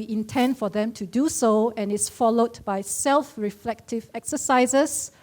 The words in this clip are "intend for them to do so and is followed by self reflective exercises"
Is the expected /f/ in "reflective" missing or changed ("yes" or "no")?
no